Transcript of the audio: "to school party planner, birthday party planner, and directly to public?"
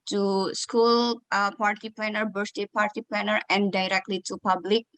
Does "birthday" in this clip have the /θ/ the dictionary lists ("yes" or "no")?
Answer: no